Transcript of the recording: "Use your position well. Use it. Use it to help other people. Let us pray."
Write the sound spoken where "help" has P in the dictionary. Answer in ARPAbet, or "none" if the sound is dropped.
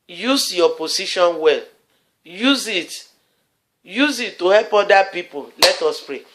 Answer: P